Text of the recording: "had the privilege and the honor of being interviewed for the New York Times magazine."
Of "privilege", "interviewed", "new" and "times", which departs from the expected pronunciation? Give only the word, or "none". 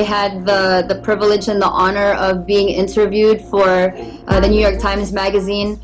none